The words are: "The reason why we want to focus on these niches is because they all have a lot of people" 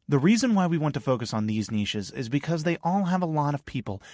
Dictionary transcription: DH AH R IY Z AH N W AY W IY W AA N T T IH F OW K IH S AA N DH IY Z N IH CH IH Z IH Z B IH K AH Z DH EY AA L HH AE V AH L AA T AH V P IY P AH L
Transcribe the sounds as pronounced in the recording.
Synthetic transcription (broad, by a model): DH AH R IY Z AH N W AY W IY W AA N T T IH F OW K IH S N DH IY Z N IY SH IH Z IH Z B IH K AH Z DH EY AA L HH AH V AH L AA T AH V P IY P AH L